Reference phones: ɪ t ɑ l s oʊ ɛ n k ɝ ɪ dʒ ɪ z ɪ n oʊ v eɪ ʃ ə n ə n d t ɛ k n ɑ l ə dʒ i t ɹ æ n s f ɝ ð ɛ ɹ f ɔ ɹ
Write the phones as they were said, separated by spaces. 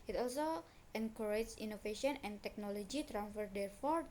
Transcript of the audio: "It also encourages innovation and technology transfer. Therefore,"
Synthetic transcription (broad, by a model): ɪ t ɑ l s oʊ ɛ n k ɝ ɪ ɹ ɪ s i n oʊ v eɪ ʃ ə n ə n t ɛ k n ɑ l ə dʒ i t ɹ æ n f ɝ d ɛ ɹ f ɔ ɹ